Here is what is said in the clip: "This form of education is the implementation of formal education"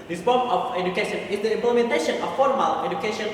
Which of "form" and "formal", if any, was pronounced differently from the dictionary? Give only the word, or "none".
form